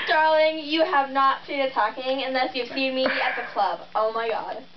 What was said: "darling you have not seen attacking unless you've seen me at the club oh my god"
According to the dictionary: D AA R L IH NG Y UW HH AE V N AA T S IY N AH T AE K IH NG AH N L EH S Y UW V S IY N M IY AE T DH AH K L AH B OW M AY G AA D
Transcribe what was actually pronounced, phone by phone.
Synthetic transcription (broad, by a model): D AA R L IH NG Y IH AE V N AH T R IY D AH T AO K IH NG AH N L EH S Y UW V S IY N M IY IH T DH AH K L AH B OW M AY G AA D